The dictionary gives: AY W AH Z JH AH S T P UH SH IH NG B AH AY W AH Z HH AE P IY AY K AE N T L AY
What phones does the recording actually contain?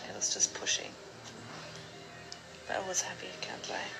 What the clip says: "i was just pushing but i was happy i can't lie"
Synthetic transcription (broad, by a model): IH W AH Z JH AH S P UH SH IH NG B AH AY W AH Z HH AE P IY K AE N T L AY